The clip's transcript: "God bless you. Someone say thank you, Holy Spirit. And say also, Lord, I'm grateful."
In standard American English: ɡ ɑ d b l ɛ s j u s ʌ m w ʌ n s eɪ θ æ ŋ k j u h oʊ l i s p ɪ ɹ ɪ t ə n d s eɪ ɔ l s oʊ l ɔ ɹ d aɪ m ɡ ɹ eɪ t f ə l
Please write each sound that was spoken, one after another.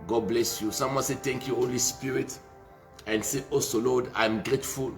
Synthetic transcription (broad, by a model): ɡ ɑ d b l ɛ s j u s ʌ m w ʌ n s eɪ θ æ ŋ k j u h oʊ l i s p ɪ ɹ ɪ t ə n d s eɪ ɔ s oʊ l ɔ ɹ d aɪ m ɡ ɹ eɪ t f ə l